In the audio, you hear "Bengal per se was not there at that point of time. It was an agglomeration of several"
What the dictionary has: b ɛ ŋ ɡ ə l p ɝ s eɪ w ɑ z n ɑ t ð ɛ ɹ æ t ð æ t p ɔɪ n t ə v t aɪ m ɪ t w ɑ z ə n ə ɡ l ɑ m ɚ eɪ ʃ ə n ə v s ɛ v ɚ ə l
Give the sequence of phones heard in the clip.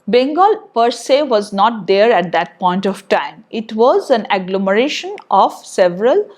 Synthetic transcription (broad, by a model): b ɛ ŋ ɡ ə l p ɝ s eɪ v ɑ z n ɑ t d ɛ ɹ æ t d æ t p ɔɪ n t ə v t aɪ m ɪ t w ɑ z ə n ə ɡ l ɑ m ɚ eɪ ʃ ə n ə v s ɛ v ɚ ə l